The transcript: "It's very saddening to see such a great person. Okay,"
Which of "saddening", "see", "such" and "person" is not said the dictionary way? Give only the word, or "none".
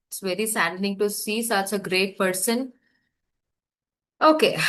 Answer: saddening